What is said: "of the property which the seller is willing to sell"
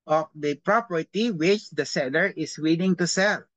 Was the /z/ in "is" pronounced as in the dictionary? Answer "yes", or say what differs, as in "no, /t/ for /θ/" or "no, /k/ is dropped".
no, /s/ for /z/